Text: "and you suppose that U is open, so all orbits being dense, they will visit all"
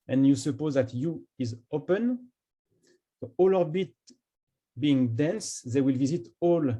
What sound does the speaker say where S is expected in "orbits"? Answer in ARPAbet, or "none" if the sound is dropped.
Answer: none